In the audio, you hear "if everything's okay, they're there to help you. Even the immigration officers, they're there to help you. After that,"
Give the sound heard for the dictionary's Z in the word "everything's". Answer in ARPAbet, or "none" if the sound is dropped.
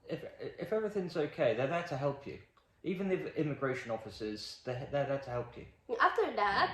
Z